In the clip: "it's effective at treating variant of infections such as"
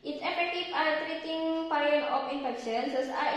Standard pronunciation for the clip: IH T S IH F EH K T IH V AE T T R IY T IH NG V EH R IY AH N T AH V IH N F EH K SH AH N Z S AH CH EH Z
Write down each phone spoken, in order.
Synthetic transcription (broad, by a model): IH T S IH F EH K T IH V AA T T R IY T IH NG P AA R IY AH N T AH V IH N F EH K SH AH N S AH S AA